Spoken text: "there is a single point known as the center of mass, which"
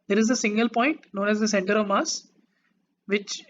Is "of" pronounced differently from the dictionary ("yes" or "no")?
no